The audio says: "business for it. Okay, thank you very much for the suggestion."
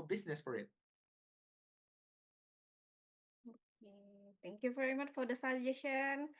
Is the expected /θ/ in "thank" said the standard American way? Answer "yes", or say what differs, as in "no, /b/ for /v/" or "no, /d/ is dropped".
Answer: no, /t/ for /θ/